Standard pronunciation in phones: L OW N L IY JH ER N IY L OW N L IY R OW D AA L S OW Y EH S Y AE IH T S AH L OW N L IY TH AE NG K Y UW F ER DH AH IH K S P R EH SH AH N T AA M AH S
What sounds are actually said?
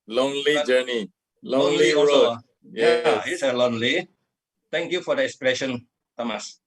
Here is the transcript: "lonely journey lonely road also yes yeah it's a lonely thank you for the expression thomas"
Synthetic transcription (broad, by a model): L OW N L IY JH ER N IY L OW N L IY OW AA S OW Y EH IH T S AH L OW N L IY T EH NG K Y UW F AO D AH IH K S P R EH SH AH N T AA M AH S